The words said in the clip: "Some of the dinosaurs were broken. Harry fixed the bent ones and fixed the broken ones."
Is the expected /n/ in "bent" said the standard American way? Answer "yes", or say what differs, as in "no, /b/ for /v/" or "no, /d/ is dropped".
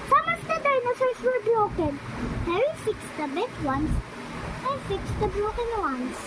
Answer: no, /n/ is dropped